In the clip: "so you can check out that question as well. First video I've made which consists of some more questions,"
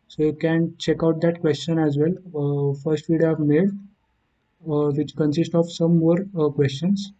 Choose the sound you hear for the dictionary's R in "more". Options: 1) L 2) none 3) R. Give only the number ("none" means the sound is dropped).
3